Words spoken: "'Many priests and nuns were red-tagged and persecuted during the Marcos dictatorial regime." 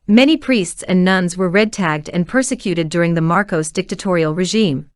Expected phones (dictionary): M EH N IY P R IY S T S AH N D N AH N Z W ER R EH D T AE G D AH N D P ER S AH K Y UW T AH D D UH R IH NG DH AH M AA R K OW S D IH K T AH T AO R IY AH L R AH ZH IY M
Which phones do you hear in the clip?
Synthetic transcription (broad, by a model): M EH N IY P R IY S T S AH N N AH N Z W ER R EH D T AE G D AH N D P ER S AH K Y UW T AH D D UH R IH NG DH AH M AA R K OW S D IH K T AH T AO R IY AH L R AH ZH IY M